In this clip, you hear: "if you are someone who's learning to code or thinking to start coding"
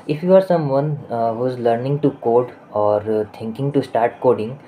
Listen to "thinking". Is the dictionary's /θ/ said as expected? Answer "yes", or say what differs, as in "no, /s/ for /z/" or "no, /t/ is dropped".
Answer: no, /t/ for /θ/